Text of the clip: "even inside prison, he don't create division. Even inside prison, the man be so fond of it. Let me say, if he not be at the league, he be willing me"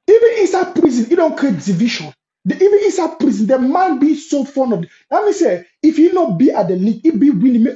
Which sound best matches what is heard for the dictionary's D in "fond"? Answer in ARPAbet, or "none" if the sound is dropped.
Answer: none